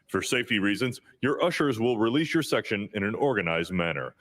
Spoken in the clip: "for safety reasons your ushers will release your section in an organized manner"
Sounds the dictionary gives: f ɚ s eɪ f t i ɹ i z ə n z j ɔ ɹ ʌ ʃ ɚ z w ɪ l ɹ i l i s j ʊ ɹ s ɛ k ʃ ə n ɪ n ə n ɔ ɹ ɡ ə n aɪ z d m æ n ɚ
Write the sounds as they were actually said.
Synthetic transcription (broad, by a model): f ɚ s eɪ f t i ɹ i z ə n z j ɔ ɹ ʌ ʃ ɚ z w ɪ l ɹ i l i s j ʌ ɹ s ɛ k ʃ ə n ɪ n ə n ɔ ɹ ɡ ə n aɪ z d m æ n ɚ